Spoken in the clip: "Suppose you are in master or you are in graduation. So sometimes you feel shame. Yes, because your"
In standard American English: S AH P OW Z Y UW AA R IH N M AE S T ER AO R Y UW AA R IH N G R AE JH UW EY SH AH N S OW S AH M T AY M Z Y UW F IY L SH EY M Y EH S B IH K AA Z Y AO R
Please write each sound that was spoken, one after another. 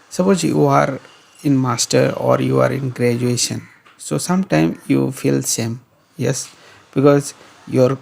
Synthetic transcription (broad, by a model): S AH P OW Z Y UW AA R IH N M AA S T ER AO R Y UW AA R IH N G R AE JH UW EY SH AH N S OW S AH M T AY M Y UW F IY L S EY M Y EH S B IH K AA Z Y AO R